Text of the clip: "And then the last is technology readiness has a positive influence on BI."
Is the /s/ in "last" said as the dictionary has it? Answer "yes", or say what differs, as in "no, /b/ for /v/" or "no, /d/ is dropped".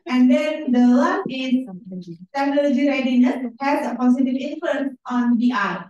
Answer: no, /s/ is dropped